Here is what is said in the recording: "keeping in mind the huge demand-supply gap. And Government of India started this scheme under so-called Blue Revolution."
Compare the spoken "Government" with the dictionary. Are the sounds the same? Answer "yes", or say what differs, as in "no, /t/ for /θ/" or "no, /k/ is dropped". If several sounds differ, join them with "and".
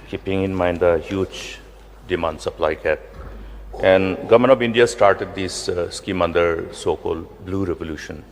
no, /t/ is dropped